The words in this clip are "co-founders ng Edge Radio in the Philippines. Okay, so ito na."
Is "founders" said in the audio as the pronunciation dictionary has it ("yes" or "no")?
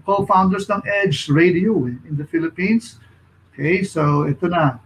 no